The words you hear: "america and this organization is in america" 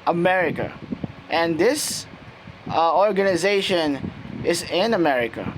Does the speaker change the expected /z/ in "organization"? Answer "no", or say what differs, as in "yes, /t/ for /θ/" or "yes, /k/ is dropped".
no